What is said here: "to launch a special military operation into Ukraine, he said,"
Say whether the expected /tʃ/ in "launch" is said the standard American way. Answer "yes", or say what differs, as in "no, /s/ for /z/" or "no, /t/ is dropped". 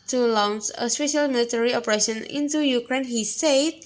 no, /s/ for /tʃ/